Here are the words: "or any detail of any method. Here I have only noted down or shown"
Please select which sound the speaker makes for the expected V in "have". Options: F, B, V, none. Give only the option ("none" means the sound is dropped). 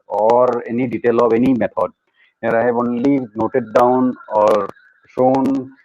B